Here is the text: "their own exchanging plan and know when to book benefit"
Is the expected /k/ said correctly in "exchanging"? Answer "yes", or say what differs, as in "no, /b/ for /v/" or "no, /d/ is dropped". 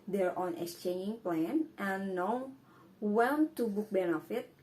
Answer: yes